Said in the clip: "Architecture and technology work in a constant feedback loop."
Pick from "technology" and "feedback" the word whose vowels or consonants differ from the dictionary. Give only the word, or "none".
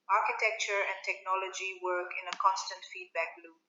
none